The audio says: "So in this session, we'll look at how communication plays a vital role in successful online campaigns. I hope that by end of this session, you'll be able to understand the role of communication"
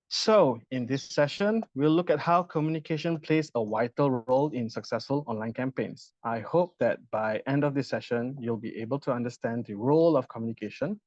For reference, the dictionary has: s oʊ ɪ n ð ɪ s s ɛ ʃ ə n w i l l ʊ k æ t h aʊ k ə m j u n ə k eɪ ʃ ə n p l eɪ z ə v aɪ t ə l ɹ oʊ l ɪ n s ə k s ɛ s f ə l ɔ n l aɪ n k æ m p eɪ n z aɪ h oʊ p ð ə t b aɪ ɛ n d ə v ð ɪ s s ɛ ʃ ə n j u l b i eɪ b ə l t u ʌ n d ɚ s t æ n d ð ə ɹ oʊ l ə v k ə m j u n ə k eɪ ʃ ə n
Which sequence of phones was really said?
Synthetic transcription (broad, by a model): s oʊ ɪ n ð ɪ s s ɛ ʃ ə n w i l l ʊ k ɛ t h aʊ k ə m j u n ə k eɪ ʃ ə n p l eɪ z ə w aɪ t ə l ɹ oʊ l ɪ n s ə k s ɛ s f ə l ɔ n l aɪ n k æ m p eɪ n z aɪ h oʊ p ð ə t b aɪ ɛ n d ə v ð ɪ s s ɛ ʃ ə n j u l b i eɪ b ə l t u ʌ n d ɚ s t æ n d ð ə ɹ oʊ l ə f k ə m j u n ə k eɪ ʃ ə n